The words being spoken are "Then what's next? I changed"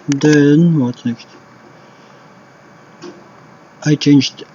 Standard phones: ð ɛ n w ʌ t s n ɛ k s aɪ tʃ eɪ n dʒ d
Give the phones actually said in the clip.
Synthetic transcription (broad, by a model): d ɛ n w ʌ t n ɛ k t aɪ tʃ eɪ n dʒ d